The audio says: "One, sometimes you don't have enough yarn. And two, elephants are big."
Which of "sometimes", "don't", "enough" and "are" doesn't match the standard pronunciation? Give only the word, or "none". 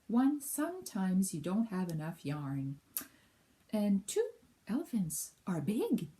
none